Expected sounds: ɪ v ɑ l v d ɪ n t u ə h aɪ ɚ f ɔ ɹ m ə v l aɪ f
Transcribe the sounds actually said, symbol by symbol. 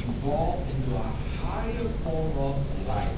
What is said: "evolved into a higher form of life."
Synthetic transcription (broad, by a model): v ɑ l ɪ n t u ə h aɪ ɚ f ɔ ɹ ə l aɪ